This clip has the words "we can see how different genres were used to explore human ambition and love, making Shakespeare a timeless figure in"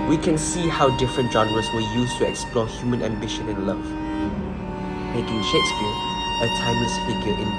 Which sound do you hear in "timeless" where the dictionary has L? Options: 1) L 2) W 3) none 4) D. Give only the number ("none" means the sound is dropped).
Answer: 3